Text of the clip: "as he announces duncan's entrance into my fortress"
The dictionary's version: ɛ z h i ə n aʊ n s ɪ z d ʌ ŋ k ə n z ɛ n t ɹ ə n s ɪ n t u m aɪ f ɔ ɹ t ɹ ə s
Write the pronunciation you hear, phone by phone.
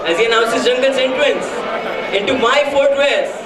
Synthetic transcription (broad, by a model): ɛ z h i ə n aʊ n s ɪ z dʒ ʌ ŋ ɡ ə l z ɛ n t l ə n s ɪ n t u m aɪ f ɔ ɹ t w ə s